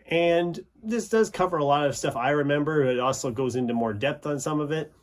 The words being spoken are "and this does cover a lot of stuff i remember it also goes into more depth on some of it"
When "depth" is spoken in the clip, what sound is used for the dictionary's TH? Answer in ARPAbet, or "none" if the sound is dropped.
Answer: TH